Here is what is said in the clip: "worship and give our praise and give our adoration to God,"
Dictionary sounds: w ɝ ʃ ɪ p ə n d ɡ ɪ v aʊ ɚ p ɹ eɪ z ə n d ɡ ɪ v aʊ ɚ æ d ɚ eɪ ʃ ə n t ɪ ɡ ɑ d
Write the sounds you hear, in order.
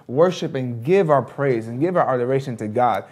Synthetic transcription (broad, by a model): w ɝ ʃ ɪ p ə n ɡ ɪ v aʊ ɚ p ɹ eɪ z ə n ɡ ɪ v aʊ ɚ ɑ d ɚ eɪ ʃ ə n t ɪ ɡ ɑ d